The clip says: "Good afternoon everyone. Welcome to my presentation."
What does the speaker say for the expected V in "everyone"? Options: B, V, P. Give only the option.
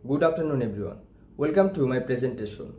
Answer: B